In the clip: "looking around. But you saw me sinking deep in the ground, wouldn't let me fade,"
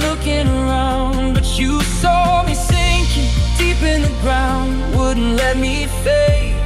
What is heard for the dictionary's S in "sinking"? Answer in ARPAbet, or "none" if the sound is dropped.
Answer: TH